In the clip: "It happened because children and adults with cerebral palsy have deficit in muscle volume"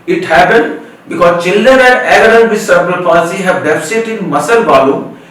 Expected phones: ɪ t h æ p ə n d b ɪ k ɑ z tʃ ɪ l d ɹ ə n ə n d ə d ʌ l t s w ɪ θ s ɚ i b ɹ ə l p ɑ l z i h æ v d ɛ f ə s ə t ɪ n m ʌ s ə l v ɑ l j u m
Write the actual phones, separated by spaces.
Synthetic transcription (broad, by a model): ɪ t h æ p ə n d b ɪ k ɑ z tʃ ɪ l d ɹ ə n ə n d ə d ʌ t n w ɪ s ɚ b ə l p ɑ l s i h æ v d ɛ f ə s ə t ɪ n m ʌ s ə l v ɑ l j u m